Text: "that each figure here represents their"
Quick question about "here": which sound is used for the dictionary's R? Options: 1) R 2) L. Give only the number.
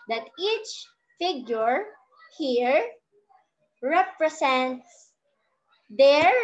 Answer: 1